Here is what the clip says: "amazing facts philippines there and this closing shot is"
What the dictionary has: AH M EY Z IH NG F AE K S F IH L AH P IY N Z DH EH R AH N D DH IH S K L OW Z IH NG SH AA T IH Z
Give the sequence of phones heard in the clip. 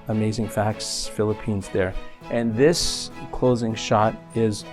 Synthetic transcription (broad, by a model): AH M EY Z IH NG F AE K S F IH L AH P IY N Z DH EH R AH N DH IH S K L OW Z IH NG SH AA T IH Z